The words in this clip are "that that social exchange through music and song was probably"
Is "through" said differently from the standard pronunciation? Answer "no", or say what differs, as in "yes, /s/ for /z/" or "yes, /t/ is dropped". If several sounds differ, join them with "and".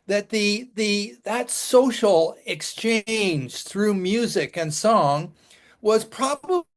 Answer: no